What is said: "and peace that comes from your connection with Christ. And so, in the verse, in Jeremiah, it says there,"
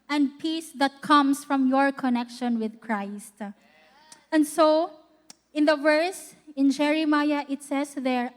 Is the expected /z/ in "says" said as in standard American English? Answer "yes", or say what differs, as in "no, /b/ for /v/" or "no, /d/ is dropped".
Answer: no, /s/ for /z/